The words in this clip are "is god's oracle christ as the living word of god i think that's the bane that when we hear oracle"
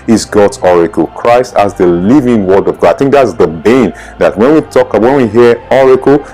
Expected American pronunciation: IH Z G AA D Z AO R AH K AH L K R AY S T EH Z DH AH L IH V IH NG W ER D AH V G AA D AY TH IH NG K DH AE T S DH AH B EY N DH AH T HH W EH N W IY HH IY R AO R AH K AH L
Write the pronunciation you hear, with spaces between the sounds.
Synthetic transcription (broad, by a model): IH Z G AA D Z AO R AH K AH L K R AY S T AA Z DH AH L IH V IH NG W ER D AH V G AA D AY TH IH NG K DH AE T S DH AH B EY N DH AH T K W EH N W IY HH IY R AO R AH K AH L